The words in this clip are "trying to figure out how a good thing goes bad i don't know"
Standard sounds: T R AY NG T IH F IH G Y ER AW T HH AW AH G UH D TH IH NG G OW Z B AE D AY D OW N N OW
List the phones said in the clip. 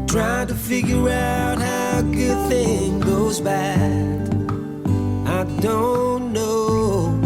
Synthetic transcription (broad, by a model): T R AY T IH F IH G Y ER AW T HH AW AH G UH D TH IH NG G OW Z B AE D AY D OW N N OW